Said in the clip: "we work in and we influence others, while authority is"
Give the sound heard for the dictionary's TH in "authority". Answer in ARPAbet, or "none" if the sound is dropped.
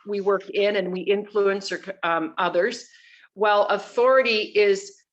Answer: TH